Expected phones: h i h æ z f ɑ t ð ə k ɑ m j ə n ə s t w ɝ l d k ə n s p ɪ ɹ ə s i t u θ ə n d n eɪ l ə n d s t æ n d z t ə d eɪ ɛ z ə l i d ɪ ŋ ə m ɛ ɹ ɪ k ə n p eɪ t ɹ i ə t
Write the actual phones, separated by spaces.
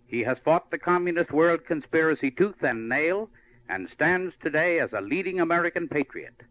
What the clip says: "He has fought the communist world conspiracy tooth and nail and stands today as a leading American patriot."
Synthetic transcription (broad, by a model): h i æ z f ɑ t ð ə k ɑ m j ə n ə s t w ɝ l d k ə n s p ɪ ɹ ə s i t u θ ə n n eɪ l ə n s t æ n d z t ə d eɪ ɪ z ə l i d ɪ ŋ ə m ɛ ɹ ɪ k ə n p eɪ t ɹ i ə t